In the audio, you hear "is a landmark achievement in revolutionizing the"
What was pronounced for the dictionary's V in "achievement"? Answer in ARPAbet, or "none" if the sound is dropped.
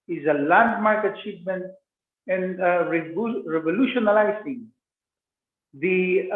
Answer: P